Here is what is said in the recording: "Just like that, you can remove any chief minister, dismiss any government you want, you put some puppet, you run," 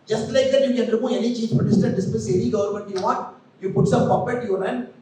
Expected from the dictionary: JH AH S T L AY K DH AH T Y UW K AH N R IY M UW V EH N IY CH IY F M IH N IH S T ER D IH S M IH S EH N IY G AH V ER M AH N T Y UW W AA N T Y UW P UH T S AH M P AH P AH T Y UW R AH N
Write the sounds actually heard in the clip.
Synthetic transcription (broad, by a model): JH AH S T L AY K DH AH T Y UW K AH N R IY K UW EH N IY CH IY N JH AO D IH S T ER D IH S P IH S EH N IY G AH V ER M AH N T Y UW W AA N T Y UW P UH T S AH M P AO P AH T Y UW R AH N